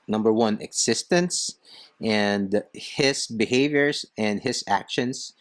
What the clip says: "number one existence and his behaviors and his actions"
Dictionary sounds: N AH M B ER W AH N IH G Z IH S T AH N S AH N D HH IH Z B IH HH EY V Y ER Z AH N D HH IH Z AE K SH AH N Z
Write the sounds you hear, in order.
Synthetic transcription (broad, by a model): N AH M B ER W AH N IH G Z IH S T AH N S AH N D HH IH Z B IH HH EY V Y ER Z AH N D HH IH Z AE K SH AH N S